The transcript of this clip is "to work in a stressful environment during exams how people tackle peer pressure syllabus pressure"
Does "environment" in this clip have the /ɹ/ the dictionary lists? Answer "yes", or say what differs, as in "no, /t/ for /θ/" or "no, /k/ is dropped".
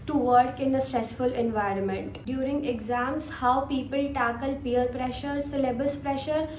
yes